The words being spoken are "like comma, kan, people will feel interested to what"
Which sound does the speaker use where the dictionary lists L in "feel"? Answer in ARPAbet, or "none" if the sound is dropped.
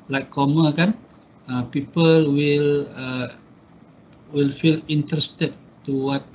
L